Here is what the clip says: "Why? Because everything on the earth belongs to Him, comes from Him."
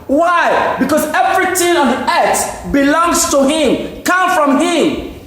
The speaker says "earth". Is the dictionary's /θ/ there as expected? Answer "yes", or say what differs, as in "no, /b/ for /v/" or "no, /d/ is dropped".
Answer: no, /s/ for /θ/